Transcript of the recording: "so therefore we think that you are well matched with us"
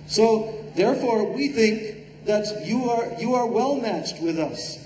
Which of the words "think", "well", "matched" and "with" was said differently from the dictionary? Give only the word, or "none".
none